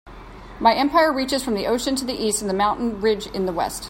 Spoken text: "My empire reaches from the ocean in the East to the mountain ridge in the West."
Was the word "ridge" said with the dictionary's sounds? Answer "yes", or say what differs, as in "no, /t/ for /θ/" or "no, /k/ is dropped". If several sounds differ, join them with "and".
yes